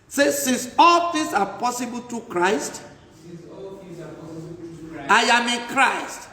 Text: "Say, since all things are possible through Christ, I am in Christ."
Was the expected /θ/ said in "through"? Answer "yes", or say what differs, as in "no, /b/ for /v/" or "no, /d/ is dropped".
no, /t/ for /θ/